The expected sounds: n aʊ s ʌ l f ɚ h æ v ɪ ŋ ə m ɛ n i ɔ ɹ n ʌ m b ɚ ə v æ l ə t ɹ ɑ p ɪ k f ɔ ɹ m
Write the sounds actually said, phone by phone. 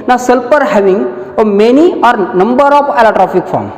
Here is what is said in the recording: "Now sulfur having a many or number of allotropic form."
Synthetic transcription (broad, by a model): n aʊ s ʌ l p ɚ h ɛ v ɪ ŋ ə m ɛ n i ɔ ɹ n ʌ m b ɚ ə p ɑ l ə t ɹ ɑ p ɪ k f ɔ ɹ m